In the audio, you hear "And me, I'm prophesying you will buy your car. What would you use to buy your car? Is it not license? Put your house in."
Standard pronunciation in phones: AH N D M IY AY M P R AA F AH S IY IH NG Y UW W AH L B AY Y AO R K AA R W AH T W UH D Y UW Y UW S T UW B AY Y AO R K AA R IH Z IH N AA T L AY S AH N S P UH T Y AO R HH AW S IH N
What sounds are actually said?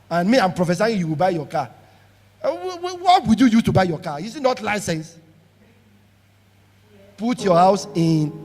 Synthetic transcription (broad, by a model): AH N M IY AY M P R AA F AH S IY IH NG Y UW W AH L B AY Y AO K AA W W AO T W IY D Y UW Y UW T UW B AY Y AO K AA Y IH S IH N AA T L AY S AH N S P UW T Y AO HH AW S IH N